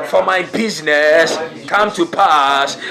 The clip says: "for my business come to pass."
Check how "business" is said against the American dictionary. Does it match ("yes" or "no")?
yes